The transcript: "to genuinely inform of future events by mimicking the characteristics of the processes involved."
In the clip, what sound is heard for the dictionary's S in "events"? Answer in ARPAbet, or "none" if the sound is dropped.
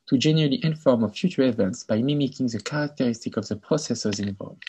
S